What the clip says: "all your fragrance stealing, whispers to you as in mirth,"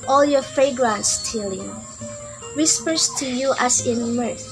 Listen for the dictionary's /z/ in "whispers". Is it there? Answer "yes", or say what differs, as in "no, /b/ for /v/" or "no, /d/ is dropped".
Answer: no, /s/ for /z/